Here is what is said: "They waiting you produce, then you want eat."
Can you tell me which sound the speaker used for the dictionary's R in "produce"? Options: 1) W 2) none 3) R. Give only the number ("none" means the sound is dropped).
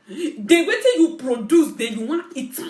3